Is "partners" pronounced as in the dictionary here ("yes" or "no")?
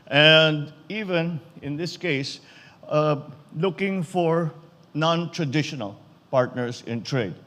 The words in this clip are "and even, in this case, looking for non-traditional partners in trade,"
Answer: no